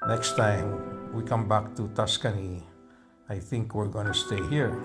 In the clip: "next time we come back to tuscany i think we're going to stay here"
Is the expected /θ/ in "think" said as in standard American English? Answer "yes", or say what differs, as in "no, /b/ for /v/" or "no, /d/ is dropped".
yes